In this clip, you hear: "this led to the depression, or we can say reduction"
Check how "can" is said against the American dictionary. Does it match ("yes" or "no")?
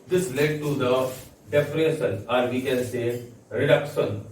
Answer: no